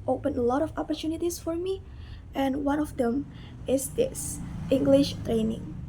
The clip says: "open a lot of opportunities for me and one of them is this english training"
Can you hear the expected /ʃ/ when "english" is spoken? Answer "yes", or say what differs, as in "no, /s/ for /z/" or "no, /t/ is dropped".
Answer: yes